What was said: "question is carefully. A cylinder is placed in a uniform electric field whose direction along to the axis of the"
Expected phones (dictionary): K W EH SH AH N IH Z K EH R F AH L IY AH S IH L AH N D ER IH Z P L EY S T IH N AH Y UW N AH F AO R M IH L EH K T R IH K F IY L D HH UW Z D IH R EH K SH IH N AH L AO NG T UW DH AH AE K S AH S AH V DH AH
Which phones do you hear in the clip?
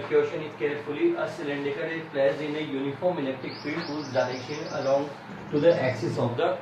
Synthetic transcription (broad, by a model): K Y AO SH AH N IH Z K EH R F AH L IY AH S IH L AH N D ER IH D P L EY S IH N AH Y UW N AH F AO R M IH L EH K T IH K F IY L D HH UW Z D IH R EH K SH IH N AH L AO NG T UW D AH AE K S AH S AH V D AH